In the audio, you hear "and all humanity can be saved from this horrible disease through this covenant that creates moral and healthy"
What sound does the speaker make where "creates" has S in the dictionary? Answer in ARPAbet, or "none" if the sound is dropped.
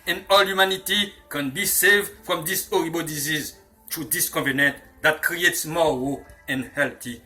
S